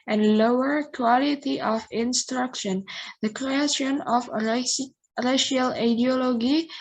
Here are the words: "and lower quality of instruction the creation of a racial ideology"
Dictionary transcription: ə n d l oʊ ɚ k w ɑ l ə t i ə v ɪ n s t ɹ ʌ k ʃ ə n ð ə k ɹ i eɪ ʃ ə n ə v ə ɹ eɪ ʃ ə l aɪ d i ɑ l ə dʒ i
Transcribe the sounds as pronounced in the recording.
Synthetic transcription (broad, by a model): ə n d l oʊ ɚ k w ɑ l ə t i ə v ɪ n s t ɹ ʌ k ʃ ə n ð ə k ɹ i eɪ ʃ ə n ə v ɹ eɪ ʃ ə l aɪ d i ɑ l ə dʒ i